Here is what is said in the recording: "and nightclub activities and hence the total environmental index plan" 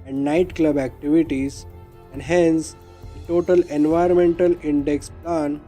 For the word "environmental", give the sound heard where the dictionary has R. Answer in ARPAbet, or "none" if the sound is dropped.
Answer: none